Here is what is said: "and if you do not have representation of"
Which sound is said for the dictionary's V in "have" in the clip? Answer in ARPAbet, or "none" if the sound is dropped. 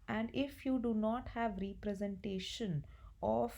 V